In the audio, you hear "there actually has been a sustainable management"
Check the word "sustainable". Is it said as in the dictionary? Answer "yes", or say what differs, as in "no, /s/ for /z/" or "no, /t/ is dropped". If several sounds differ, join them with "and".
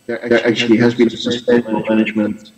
no, /n/ is dropped